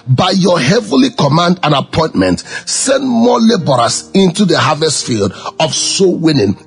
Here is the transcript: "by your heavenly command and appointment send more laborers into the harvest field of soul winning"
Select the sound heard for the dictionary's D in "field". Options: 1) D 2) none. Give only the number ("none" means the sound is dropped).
1